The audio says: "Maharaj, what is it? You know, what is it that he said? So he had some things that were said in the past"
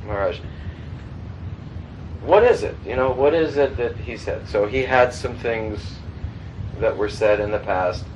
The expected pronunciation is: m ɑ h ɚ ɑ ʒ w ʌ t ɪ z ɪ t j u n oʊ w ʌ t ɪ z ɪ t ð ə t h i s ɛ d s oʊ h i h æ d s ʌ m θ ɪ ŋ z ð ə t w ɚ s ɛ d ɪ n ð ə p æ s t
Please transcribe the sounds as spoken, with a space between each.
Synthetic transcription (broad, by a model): m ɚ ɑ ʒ w ʌ t ɪ z ɪ t j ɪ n oʊ w ʌ t ɪ z ɪ t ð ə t h i s ɛ d s oʊ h i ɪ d s ʌ m θ ɪ ŋ z ð ə t w ɚ s ɛ d ɪ n ð ə p æ s t